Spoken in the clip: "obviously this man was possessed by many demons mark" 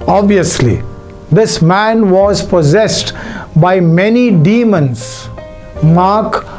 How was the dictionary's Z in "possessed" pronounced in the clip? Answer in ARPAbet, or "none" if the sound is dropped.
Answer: Z